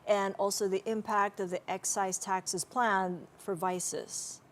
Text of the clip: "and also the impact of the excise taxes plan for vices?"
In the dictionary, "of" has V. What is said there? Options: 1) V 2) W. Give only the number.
1